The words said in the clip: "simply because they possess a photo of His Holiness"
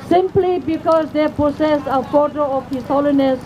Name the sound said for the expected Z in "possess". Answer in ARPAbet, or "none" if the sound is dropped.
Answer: S